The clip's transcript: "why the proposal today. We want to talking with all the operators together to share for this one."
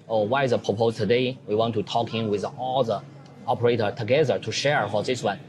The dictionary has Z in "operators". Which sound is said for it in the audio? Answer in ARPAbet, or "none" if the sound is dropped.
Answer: none